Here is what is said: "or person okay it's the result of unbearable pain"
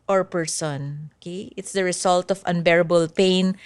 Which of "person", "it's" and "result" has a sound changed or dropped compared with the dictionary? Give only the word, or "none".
result